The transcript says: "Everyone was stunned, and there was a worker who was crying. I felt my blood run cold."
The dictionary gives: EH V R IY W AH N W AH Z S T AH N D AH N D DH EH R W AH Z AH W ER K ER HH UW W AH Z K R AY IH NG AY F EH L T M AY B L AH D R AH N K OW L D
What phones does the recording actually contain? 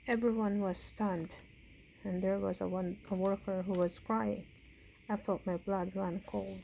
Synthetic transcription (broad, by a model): EH V R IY W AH N W AH Z S T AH N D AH N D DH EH R W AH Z AH W ER K ER HH UW W AH Z K R AY IH NG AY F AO T M AY B L AH D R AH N K OW L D